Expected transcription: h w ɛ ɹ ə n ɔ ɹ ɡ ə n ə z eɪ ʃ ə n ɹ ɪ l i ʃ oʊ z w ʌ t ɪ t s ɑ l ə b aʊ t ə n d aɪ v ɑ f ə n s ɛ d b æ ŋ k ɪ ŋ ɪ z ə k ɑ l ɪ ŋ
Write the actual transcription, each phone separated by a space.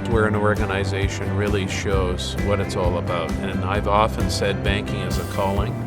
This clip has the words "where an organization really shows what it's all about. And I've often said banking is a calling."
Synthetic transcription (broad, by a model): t w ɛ ɹ ə n ɔ ɹ ɡ ə n ə z eɪ ʃ ə n ɹ ɪ l i ʃ oʊ z w ʌ t ɪ t s ɑ l ə b aʊ t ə n aɪ v ɑ f ə n s ɛ d b æ ŋ k ɪ ŋ ɪ z ə k ɑ l ɪ ŋ